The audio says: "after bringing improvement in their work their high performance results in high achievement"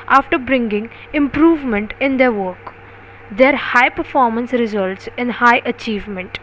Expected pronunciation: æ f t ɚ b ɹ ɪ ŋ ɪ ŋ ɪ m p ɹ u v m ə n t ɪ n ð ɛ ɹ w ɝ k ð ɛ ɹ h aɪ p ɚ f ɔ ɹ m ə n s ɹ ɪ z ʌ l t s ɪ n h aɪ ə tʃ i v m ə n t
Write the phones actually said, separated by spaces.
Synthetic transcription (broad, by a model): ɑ f t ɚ b ɹ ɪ ŋ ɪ ŋ ɪ m p ɹ u v m ə n t ɪ n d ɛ ɹ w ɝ k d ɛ ɹ h aɪ p ɚ f ɔ ɹ m ə n s ɹ ɪ z ʌ l t s ɪ n h aɪ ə tʃ i v m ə n t